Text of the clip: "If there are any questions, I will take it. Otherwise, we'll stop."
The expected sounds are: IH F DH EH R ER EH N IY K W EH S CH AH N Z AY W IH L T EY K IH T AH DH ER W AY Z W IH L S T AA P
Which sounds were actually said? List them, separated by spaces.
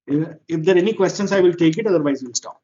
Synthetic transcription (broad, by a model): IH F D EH R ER EH N IY K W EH S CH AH N S AY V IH L T EY K IH T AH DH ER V AY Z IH N S T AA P